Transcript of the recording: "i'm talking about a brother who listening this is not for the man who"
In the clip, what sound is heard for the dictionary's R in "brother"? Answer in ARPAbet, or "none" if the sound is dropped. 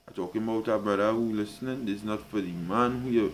none